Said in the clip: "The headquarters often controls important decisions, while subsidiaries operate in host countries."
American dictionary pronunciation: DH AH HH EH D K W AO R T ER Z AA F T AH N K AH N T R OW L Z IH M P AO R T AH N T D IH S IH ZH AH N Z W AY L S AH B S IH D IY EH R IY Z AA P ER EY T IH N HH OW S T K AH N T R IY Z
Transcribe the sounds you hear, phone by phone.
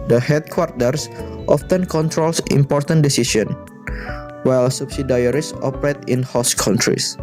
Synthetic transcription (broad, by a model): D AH HH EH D K W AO R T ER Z AA F T AH N K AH N T R OW L S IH M P AO R T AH N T D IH S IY S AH N W AY L S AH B S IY D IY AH R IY S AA P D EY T IH N HH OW S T K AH N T R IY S